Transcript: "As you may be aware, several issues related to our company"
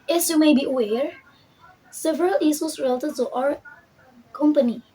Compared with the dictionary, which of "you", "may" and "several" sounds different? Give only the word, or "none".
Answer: none